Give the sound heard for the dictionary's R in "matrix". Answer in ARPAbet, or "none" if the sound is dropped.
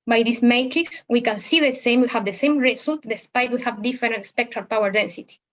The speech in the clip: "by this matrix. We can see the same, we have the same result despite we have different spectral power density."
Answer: R